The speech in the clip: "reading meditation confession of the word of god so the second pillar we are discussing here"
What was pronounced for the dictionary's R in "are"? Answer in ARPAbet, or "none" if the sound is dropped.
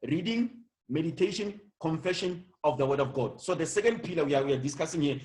W